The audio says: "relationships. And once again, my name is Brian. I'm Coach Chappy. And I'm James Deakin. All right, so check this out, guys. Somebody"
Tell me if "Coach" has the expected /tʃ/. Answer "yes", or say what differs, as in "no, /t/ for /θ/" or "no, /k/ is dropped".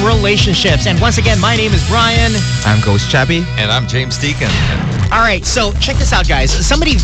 no, /s/ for /tʃ/